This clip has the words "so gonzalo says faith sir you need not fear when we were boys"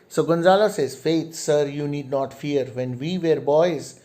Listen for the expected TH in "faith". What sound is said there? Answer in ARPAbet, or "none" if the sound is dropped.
T